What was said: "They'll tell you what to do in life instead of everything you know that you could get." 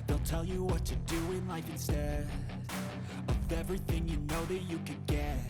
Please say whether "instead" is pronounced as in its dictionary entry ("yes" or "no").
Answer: no